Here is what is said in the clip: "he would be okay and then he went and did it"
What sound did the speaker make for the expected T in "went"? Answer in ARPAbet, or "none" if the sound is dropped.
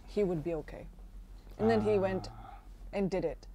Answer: T